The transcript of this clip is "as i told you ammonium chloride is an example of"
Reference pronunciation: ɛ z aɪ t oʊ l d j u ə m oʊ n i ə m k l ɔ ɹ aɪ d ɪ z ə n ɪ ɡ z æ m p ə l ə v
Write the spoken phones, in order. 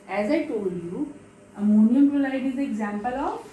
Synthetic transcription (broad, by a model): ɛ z aɪ t oʊ l d j u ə m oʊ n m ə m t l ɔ l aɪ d ɪ z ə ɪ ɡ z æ m p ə l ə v